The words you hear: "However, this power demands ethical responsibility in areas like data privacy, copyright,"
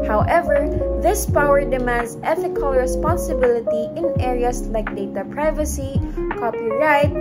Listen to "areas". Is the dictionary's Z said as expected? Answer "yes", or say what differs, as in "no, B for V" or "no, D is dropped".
no, S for Z